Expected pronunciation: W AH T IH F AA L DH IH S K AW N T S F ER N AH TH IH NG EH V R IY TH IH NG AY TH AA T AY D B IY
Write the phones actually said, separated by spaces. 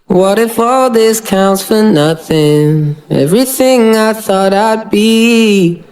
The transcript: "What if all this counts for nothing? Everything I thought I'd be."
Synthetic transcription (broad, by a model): W AH T IH F AA L DH IH S K AW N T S F ER N AH TH IH NG EH V R IY TH IH NG AY TH AA T AY D B IY